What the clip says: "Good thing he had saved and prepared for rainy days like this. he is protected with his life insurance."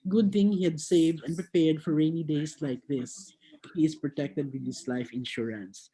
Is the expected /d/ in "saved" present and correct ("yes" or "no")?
yes